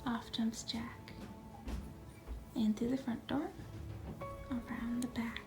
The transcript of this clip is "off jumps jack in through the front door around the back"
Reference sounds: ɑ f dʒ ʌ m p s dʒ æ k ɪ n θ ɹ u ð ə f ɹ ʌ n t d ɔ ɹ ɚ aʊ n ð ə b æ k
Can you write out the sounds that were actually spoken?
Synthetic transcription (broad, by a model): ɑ f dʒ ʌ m s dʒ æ k ɪ n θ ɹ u ð ə f ɹ ʌ n d ɔ ɹ ɚ aʊ n ð ə b æ k